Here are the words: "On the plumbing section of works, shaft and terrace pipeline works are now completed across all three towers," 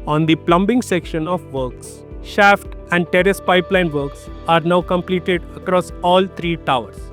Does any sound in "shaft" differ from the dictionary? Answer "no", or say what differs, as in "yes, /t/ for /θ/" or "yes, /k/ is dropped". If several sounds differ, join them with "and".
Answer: no